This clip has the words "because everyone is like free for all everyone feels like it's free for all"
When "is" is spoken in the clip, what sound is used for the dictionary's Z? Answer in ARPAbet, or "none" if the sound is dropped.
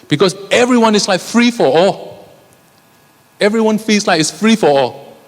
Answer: S